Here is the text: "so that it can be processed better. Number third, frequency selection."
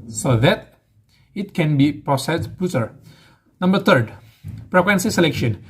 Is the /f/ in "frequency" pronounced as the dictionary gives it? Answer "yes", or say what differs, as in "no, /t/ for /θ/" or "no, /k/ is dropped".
no, /p/ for /f/